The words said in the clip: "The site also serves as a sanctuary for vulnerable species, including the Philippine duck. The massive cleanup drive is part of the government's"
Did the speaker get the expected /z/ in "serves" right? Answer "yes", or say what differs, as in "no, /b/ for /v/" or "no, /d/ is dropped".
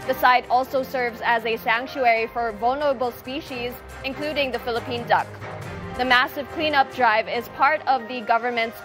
yes